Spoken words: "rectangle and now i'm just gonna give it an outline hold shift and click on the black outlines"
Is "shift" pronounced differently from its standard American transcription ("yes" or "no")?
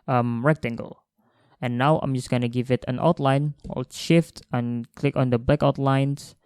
no